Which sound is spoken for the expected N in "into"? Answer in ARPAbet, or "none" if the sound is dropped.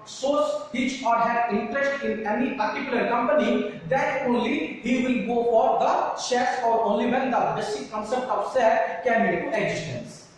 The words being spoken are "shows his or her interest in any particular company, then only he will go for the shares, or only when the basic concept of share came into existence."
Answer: none